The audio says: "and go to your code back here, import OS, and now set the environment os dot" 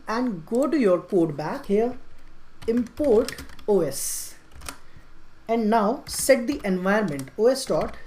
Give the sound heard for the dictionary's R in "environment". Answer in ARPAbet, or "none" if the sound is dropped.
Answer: none